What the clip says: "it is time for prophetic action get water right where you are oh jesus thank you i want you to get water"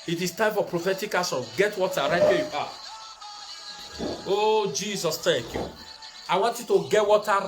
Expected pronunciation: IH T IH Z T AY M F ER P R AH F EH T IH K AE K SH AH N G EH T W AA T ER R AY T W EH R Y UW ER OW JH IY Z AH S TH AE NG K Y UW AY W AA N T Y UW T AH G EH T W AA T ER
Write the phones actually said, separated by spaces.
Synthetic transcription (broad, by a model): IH T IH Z T AY M F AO P R AH F EH T IH K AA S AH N G EH T W AA T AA R AY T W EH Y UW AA OW JH IY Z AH S T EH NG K Y UW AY W AA N T Y UW T AH G EH T W AA T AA